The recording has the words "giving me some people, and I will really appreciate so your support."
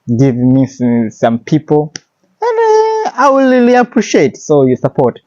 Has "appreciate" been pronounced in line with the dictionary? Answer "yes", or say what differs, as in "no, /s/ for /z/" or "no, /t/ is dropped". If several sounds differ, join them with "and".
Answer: yes